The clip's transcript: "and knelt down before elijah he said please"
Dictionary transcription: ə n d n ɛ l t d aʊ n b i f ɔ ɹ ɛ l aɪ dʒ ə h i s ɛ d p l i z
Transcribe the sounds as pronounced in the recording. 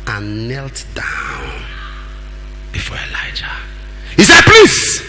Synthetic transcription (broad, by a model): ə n n ɛ l t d aʊ n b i f ɔ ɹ ɛ l aɪ dʒ ə h i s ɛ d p l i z